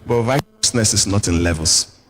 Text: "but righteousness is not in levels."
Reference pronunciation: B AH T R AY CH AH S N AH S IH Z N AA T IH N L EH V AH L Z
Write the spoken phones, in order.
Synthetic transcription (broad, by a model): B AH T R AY AH S N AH S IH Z N AA T IH N L EH V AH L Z